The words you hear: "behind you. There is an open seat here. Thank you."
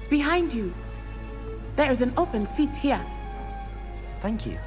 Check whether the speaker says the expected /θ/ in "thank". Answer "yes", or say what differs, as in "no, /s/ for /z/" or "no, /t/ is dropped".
yes